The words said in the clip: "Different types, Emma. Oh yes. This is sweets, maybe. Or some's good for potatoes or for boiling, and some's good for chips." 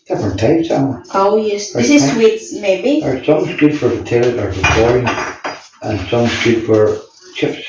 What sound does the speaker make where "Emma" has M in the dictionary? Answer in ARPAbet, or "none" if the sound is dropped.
none